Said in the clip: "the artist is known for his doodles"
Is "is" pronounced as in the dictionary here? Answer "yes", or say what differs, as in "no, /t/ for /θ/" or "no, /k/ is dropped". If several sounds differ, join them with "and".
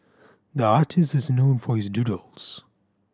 yes